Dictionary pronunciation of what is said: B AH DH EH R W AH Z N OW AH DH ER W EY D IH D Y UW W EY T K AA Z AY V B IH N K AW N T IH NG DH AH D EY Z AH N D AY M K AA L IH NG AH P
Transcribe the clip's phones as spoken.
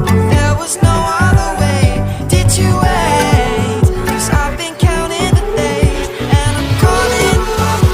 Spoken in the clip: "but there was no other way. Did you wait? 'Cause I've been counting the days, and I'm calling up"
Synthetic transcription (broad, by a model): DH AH R W AH Z N OW AH DH ER W EY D IH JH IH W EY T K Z AY V B IH N K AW L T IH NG DH AH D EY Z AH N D AY M K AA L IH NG